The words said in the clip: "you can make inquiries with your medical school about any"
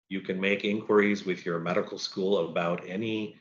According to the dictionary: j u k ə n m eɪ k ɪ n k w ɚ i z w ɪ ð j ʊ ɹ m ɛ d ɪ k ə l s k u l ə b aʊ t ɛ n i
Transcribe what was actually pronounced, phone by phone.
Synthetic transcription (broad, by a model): j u k ə n m eɪ k ɪ n k w ɚ i z w ɪ ð j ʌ ɹ m ɛ d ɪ k l s k u l ə b aʊ t ɛ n i